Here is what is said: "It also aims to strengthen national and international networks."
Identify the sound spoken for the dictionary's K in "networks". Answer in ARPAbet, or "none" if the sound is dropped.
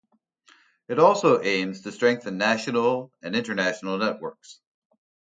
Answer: K